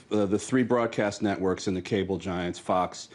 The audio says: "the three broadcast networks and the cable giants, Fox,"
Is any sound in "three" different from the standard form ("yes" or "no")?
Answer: no